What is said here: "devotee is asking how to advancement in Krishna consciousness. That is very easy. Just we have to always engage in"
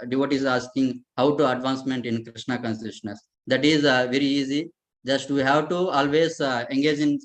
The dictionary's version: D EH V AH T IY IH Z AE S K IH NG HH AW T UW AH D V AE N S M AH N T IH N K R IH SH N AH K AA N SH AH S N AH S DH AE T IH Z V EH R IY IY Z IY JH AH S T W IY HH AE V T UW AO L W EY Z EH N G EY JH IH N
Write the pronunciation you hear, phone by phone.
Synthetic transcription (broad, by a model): D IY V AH T IY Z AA S K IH NG HH AW T UW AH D V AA N S M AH N T IH N K R IH SH N AH K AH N S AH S N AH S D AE T IH Z V EH R IY IY Z IY JH AH S T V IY HH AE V T UW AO L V EY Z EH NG G EY JH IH N